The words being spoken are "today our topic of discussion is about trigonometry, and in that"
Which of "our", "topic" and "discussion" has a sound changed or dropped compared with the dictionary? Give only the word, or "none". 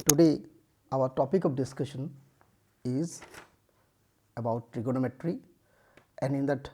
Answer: none